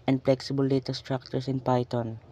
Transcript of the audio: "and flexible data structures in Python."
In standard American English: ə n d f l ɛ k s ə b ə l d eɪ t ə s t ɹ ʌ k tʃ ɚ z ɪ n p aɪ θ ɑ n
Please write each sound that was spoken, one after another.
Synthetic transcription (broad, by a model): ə n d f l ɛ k s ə b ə l d eɪ t ə s t ɹ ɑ k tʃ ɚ s ɪ n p aɪ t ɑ n